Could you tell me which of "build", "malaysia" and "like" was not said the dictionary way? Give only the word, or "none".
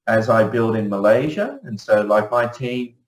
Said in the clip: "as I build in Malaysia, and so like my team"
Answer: none